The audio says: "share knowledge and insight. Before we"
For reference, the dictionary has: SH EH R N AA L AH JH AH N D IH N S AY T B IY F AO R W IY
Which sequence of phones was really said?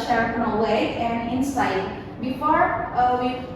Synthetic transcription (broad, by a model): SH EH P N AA W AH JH AH N D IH N S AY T B IY F AO R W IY